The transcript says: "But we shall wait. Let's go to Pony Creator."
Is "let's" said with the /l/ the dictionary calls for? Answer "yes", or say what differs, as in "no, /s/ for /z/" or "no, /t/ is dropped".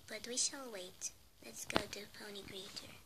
yes